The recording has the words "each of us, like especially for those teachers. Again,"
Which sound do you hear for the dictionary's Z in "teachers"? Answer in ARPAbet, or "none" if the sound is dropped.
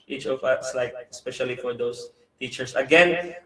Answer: S